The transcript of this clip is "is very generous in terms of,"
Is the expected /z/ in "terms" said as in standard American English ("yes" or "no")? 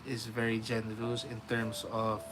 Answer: no